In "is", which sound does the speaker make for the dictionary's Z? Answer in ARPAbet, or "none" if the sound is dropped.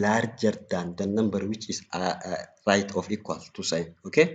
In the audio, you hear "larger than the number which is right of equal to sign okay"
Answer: S